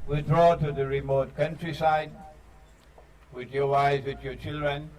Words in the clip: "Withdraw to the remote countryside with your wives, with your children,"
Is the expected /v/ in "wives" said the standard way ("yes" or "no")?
no